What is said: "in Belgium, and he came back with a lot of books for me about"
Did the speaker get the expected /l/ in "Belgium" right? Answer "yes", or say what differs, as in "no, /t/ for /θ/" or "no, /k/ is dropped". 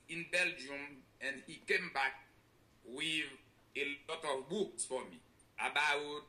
yes